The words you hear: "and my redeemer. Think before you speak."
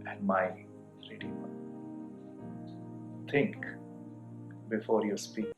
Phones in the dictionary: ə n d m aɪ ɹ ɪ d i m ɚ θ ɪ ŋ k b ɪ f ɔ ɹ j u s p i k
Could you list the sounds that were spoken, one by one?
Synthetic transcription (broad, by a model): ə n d m aɪ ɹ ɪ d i ɔ t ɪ ŋ k b ɪ f ɔ ɹ j u s p i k